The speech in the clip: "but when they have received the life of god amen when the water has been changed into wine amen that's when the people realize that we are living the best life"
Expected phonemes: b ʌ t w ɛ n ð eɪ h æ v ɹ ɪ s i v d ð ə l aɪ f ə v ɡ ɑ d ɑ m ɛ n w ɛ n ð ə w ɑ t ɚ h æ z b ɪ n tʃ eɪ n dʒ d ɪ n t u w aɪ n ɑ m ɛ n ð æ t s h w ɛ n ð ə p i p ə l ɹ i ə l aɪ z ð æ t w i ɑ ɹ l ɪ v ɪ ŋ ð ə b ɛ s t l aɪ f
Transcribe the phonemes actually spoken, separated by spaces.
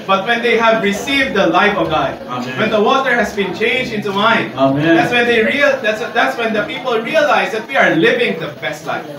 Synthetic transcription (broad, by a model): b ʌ t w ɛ n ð eɪ h æ v ɹ ɪ s i v d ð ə l aɪ f ə v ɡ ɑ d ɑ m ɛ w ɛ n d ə w ɑ t ɚ h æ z b ɪ n tʃ eɪ n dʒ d ɪ n t u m aɪ n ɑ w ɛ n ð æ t s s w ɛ n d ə p i p ə l ɹ i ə l aɪ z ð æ t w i ɑ ɹ l ɪ v ɪ ŋ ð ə b ɛ s t l aɪ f